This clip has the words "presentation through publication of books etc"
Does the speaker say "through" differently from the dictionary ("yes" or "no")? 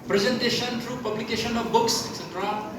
yes